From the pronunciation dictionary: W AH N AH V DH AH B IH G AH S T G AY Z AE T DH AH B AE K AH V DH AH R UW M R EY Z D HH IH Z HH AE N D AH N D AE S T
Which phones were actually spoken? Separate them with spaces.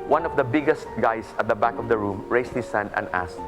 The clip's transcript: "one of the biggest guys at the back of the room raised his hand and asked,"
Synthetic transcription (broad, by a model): W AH N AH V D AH B IH G AH S T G AY S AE T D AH B AE K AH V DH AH R UW M R EY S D HH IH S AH N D AH N D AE S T